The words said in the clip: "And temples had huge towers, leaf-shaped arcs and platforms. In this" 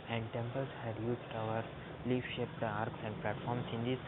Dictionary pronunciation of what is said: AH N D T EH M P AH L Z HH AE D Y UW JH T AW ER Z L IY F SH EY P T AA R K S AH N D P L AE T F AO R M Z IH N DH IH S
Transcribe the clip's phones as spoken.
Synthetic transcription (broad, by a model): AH N D T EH M P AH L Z HH AE D Y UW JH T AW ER L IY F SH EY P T AA R K S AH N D P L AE T F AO R M S IH N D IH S